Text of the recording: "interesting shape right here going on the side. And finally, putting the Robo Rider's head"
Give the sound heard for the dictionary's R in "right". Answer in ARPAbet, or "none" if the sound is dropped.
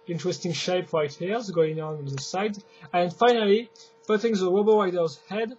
R